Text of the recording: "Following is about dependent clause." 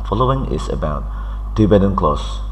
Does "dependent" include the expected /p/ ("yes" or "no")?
no